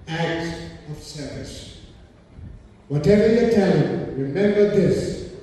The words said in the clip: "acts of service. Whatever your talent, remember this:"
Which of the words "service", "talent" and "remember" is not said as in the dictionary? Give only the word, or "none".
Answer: talent